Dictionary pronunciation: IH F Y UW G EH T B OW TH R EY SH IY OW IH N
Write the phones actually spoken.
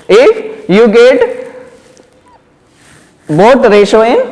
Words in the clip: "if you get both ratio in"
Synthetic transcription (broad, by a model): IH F Y UW G EH T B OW T R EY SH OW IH